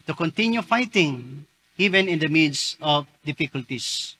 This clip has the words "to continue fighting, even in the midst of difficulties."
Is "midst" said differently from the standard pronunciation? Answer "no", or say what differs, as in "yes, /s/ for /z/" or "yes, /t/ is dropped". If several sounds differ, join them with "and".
yes, /t/ is dropped